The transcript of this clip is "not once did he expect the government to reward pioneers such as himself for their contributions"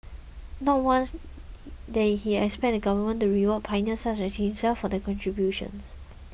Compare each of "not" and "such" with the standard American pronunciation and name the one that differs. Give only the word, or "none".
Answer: such